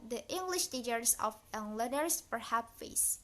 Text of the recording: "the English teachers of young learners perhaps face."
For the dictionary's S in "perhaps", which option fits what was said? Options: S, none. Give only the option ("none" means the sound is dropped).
none